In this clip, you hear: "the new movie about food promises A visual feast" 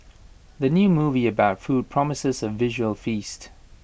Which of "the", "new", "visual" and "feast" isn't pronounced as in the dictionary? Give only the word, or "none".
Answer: none